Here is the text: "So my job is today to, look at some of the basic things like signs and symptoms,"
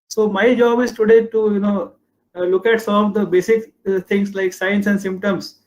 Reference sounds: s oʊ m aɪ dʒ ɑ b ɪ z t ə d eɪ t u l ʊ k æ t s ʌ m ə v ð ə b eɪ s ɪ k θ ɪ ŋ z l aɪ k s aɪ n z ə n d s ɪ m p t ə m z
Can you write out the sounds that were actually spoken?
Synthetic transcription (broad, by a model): s oʊ m aɪ dʒ ɑ b ɪ z t ə d eɪ t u l ʊ k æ t s ʌ m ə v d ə b eɪ s ɪ k t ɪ ŋ s l aɪ k s aɪ n s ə n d s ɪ m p t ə m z